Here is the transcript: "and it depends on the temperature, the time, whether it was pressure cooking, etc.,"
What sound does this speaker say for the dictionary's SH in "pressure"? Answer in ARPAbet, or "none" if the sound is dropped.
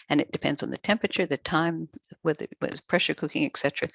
SH